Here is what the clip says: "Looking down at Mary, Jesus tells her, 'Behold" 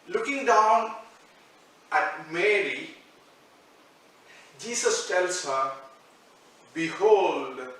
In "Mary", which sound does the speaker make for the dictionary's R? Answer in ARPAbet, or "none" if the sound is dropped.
R